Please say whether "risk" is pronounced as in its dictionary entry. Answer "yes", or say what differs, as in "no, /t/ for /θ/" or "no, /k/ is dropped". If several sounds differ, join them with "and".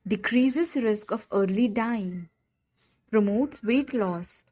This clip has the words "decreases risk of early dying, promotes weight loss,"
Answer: yes